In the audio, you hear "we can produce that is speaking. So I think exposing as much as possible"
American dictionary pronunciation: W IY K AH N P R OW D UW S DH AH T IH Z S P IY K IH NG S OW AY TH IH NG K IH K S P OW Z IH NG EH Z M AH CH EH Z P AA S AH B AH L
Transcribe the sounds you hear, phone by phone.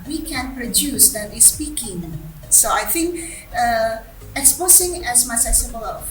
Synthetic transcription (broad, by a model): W IY K AH N P R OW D UW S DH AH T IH S P IY K IH NG S OW AY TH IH NG K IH K S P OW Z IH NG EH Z M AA S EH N S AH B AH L